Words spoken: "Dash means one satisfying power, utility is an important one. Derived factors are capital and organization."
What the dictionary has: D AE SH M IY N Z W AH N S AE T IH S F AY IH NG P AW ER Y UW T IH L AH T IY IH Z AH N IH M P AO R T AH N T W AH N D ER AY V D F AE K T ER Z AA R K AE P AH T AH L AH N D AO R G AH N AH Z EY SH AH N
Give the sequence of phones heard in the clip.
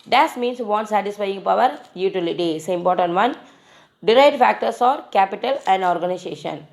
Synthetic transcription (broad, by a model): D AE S M IY N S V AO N S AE T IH S F AY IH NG P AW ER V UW T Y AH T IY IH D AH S IH M P AO R T AH N T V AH N D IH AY D F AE K T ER S AA R K AE P AH T AH L AH N D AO R G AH N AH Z EY SH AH N